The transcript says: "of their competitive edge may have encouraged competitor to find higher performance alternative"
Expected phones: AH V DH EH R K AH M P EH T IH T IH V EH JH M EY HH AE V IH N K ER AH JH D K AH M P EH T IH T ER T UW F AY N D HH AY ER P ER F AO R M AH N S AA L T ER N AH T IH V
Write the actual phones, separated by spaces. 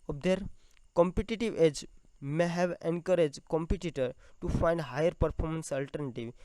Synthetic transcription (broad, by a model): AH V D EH R K AH M P EH T IH T IH V EH JH M EY HH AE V IH N K ER AH JH D K AH M P EH T IH T ER T UW F AY N D HH AY ER P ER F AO R M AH N S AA L T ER N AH T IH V